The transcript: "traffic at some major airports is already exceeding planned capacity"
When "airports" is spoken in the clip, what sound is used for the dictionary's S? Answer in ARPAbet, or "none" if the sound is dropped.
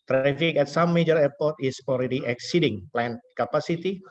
none